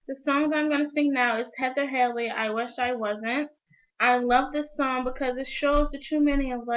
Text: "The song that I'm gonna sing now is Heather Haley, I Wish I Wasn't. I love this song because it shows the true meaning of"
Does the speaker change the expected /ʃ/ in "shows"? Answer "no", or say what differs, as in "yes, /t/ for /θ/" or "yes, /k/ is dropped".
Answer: no